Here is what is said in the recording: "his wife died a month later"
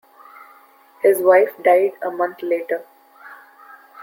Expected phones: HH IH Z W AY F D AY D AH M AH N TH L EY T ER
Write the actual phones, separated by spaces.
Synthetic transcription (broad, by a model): HH IH Z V AY F D AY D AH M AH N T L EY T ER